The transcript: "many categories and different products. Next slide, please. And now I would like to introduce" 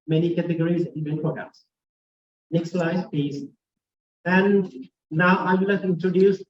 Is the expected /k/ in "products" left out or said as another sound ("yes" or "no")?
yes